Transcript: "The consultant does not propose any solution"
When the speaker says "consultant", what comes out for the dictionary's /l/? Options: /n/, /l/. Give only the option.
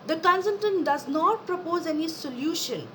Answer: /n/